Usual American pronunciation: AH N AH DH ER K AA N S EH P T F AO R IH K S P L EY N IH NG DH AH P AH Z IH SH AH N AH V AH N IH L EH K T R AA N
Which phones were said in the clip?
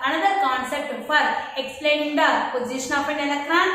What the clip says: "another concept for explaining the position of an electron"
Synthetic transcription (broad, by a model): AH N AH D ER K AA N S EH P T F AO R IH K S P L EY N IH NG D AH P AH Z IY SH AH N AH P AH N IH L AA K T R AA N